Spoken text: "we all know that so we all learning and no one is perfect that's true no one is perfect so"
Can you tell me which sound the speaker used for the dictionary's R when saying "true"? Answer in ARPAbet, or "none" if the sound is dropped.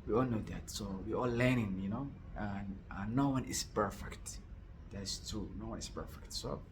none